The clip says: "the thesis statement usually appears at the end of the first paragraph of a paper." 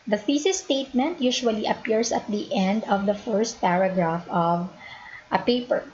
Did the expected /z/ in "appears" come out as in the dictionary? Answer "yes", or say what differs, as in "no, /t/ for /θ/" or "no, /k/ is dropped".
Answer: no, /s/ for /z/